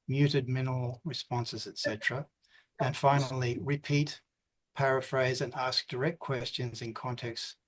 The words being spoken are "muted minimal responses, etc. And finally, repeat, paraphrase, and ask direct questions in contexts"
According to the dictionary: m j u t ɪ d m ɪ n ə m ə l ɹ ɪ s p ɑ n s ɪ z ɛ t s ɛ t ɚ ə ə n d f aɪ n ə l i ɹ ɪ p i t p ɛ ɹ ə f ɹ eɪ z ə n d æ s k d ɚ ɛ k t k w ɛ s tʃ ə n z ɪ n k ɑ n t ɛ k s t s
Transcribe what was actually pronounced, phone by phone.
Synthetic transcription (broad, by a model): m j u t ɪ d m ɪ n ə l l ɹ ɪ s p ɑ n s ɪ z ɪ t s ɛ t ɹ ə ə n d f aɪ n l i ɹ ɪ p i t p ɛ ɹ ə f ɹ eɪ z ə n æ s k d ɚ ɛ k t k w ɛ s tʃ ə n z ɪ n k ɑ n t ɛ k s s